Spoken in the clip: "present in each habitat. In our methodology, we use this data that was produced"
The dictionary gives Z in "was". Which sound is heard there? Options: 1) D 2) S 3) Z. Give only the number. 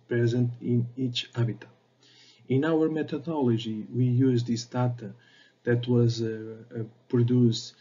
3